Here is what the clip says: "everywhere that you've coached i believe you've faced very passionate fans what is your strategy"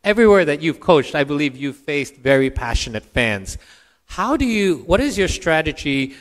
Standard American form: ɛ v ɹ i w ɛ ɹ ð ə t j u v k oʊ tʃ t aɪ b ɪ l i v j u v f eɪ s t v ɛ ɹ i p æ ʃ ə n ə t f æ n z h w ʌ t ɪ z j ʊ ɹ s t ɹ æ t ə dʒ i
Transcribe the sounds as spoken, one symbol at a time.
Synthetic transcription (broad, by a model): ɛ v ɹ i w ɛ ɹ ð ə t j u v k oʊ tʃ t aɪ b ɪ l i v j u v f eɪ s t v ɛ ɹ i p æ ʃ ə n ə t f æ n z h w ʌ t ɪ z j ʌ ɹ s t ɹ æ t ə dʒ i